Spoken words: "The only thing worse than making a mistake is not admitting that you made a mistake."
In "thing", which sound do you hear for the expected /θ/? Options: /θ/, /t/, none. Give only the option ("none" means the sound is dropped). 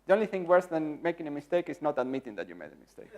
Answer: /θ/